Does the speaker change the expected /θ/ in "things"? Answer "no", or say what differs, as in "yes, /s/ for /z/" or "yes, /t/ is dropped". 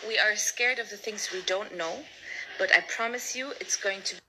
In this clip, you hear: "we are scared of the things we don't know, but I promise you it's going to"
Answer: no